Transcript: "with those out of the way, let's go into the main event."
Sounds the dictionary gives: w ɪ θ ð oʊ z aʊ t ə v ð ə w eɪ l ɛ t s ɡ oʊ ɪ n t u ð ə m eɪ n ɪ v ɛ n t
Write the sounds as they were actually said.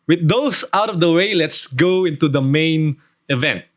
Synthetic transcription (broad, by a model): w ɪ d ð oʊ s aʊ t ə v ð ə w eɪ l ɛ t s ɡ oʊ ɪ n t u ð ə m eɪ n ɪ v ɛ n t